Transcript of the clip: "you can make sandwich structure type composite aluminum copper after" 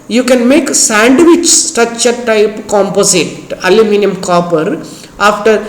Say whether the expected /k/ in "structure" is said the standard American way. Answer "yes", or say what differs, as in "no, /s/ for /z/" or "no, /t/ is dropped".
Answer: no, /k/ is dropped